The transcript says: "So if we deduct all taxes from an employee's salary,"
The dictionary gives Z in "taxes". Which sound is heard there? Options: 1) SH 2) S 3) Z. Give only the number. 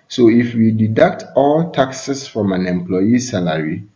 2